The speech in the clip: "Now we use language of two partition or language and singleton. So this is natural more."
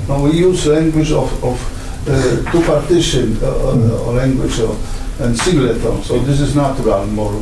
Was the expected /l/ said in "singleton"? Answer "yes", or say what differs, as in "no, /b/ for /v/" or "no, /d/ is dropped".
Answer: no, /l/ is dropped